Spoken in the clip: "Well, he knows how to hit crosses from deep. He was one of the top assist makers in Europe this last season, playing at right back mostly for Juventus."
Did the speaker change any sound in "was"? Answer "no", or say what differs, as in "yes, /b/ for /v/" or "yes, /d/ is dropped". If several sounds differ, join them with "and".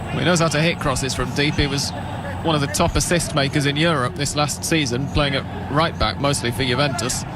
no